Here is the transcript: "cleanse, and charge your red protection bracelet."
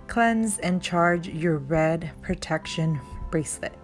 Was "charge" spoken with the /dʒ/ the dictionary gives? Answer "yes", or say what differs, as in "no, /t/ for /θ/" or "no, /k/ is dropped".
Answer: yes